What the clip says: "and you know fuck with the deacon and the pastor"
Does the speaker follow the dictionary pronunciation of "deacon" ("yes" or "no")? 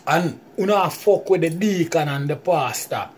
yes